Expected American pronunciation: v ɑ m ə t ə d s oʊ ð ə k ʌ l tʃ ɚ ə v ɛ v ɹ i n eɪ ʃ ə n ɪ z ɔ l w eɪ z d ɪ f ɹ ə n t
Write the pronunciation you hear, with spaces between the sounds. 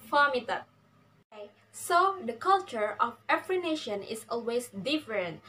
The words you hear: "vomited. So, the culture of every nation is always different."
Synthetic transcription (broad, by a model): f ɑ m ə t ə s oʊ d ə k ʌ l tʃ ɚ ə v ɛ f ɹ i n eɪ ʃ ə n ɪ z ɔ l w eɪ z d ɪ f ɹ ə n t